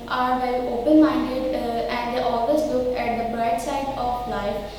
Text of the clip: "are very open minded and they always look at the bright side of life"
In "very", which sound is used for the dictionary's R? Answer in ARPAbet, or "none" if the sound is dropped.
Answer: none